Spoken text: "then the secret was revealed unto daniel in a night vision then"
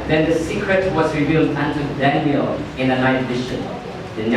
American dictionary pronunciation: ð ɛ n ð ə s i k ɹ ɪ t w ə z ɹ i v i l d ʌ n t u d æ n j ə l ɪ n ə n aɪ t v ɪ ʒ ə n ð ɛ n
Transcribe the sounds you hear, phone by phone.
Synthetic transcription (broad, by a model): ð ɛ n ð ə s i k ɹ ɪ t w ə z ɹ i v i l d ʌ n t u d æ n j ə l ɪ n ə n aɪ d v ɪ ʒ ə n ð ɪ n